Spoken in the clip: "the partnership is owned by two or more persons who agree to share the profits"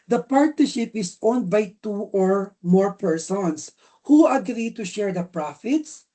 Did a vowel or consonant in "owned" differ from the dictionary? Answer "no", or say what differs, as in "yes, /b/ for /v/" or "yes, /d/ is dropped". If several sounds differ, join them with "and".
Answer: no